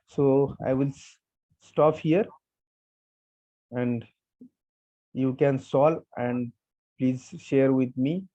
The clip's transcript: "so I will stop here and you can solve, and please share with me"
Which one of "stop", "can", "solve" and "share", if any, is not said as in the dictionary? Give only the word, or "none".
solve